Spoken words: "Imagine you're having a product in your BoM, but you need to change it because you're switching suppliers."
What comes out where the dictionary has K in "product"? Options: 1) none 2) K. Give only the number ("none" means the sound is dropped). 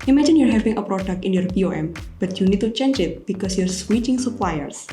2